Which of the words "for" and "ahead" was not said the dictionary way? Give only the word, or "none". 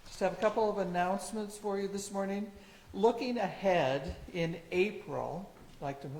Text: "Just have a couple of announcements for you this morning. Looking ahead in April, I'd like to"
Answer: none